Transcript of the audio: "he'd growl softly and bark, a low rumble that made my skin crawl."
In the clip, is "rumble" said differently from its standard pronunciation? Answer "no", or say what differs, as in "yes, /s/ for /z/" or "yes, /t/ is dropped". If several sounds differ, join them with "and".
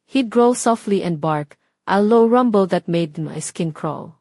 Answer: no